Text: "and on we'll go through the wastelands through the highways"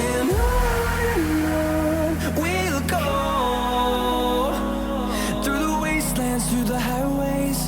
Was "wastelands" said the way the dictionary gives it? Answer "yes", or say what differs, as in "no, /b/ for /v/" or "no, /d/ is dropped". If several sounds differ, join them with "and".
yes